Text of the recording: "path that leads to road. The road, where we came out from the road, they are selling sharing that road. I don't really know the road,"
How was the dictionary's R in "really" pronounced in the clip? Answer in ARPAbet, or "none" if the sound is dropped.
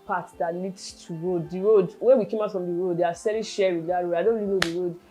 L